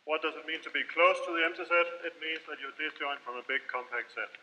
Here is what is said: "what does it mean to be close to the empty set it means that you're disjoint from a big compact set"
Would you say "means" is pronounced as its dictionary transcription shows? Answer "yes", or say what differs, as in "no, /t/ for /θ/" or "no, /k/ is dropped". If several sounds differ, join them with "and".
yes